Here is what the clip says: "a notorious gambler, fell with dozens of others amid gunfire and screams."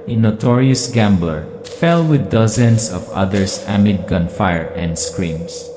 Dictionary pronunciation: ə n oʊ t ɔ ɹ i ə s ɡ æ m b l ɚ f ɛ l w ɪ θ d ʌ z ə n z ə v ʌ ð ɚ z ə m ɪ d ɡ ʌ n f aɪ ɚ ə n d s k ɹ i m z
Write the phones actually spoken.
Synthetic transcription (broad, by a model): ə n oʊ t ɔ ɹ i ə s ɡ æ m b l ɚ f ɛ l w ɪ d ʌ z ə n s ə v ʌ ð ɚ s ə m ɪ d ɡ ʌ n f aɪ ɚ ə n d s k ɹ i m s